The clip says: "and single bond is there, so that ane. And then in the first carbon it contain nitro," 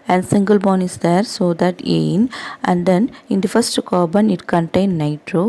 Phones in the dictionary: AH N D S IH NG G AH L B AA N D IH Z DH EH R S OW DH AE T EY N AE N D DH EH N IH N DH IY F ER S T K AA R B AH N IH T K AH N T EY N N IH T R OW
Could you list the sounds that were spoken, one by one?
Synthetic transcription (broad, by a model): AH N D S IH NG G AH L B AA N IH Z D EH R S OW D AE T EY N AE N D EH N IH N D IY F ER S T K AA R B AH N IH T K AH N T EY N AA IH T R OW